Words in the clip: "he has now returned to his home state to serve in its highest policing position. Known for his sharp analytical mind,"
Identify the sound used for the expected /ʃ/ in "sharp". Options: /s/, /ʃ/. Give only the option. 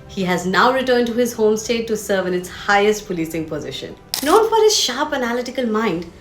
/ʃ/